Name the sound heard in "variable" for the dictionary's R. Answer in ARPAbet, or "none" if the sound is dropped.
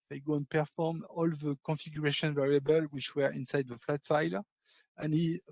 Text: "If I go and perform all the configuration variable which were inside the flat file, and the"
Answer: R